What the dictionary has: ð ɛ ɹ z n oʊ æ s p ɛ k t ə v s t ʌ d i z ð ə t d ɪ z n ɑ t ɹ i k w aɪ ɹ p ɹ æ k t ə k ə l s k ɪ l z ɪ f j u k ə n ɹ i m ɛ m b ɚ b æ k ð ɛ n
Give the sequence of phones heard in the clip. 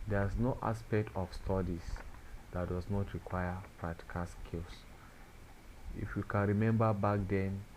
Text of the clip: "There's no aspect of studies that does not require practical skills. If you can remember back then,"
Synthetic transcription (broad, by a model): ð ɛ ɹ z n oʊ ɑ s p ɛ k t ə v s t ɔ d i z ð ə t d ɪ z n ɑ t ɹ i k w aɪ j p ɹ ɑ k t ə k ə l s k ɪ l s ɪ f j u k ə n ɹ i m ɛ m b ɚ b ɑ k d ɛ n